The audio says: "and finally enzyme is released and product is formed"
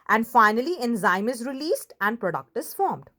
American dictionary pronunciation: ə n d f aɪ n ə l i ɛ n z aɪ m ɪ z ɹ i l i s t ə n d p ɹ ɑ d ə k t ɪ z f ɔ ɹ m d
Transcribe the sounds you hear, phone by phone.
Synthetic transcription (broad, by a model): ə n d f aɪ n ə l i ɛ n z aɪ m ɪ z ɹ i l i s t ə n d p ɹ ɑ d ə k t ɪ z f ɔ ɹ m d